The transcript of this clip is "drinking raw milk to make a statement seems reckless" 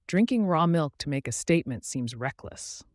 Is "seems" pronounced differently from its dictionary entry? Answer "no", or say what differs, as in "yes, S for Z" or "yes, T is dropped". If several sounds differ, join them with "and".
no